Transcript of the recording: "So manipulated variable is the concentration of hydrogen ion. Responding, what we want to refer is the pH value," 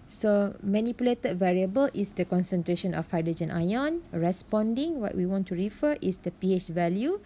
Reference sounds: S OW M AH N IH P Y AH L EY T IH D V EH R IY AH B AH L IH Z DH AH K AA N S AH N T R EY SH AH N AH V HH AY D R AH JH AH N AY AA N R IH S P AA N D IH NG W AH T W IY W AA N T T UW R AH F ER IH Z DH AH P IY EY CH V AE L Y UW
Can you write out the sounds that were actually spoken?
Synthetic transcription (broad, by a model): S OW M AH N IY P Y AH L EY T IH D V EH R IY AH B AH L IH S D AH K AA N S AH N T R EY SH AH N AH F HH AY D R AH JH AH N AY AA N R IH S P AA N D IH NG W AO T W IY W AA N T T UW R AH F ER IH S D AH P IY EY CH V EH L Y UW